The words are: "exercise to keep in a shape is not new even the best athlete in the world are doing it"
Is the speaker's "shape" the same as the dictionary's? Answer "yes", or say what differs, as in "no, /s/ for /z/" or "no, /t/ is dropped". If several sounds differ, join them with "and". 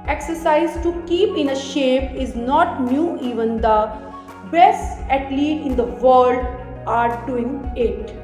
yes